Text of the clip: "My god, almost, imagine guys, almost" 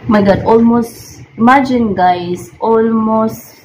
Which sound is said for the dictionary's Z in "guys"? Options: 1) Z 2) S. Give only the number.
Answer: 2